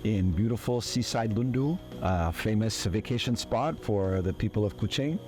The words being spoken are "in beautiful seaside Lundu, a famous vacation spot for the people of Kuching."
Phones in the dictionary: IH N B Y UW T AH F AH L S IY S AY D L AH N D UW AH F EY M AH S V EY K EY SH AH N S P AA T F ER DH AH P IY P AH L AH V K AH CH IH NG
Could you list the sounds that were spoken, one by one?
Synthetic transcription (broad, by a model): IH N B Y UW T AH F L S IY S AY D L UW N D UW AH F EY M AH S V EY K EY SH AH N S P AA T F ER DH AH P IY P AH L AH V K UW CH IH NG